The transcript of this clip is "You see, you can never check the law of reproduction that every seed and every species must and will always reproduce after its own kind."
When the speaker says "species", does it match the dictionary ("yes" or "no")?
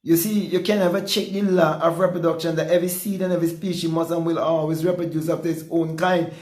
no